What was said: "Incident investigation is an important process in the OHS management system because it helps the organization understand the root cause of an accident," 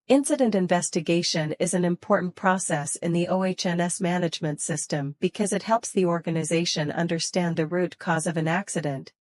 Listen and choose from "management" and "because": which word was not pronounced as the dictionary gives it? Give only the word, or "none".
none